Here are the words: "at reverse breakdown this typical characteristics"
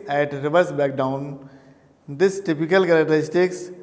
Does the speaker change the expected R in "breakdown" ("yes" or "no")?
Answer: yes